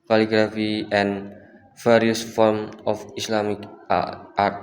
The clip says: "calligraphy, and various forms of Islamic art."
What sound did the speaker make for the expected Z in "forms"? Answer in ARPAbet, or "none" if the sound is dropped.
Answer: none